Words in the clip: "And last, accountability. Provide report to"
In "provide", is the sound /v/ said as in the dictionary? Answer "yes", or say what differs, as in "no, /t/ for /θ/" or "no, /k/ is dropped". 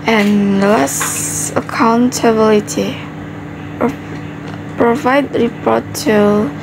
yes